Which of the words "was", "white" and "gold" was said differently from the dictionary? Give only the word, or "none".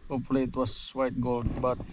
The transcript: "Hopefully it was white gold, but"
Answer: was